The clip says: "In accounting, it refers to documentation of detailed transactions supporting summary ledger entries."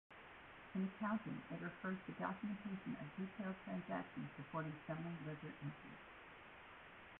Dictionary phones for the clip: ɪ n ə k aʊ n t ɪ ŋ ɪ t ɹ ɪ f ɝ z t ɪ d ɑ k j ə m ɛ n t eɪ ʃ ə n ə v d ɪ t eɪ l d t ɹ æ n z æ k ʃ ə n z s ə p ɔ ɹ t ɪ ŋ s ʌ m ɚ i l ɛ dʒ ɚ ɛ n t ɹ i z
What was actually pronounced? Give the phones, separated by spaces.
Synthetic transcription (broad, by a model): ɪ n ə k aʊ n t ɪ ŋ ɪ t ɹ ɪ f ɝ z t ɪ d ɑ k j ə m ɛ n t eɪ ʃ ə n ə v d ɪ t eɪ l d t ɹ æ n z æ k ʃ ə n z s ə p ɔ ɹ t ɪ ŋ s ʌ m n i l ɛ z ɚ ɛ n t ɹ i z